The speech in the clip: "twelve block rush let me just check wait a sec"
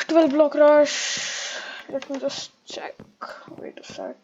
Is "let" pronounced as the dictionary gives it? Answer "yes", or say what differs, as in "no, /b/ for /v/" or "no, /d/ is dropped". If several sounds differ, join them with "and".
yes